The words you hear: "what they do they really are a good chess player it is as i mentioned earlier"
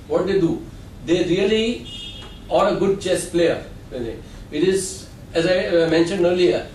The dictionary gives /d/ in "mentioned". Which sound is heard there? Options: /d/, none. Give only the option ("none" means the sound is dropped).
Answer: /d/